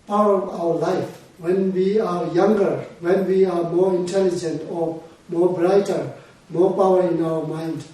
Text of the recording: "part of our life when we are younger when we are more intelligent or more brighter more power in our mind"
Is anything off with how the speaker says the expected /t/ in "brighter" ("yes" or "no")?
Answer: no